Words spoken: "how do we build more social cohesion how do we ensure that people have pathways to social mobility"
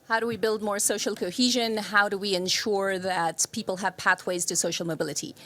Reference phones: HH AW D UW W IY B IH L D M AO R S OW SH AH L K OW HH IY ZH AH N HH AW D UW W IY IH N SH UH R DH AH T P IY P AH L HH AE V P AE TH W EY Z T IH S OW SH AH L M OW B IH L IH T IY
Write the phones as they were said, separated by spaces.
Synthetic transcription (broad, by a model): HH AW D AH W IY B IH L D M AO R S OW SH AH L K OW HH IY ZH AH N HH AW D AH W IY IH N SH UH R DH AH T P IY P L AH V P AE TH W EY Z T IH S OW SH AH L M OW B IH L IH T IY